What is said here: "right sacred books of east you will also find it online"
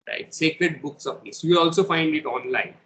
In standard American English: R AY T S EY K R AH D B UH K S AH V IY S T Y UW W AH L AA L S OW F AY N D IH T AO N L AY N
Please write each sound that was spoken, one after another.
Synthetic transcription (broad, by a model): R AY T S EY K R AH D B UH K S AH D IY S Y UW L AA L S OW F AY N D IH T AO N L AY N